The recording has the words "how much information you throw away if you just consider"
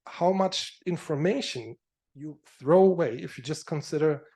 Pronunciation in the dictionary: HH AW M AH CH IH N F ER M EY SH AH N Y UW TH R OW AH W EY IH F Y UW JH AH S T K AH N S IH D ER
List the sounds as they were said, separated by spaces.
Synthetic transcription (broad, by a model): HH AW M AH CH IH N F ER M EY SH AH N Y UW TH R OW AH W EY IH F Y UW JH AH S T K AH N S IH D ER